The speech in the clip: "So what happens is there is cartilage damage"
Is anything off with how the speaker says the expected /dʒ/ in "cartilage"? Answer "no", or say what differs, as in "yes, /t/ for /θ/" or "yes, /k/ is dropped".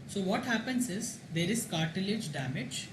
no